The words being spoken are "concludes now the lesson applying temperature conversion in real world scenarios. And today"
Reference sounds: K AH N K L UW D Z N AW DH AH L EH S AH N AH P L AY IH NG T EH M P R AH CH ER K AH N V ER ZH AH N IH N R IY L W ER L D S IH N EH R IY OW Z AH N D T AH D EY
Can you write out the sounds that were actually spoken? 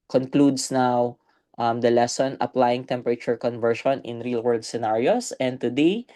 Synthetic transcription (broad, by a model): K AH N K L UW D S N AW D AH L EH S AH N AH P L AY IH NG T EH M P R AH CH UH K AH N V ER SH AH N IH N R IY L W ER L D S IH N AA R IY OW S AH N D T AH D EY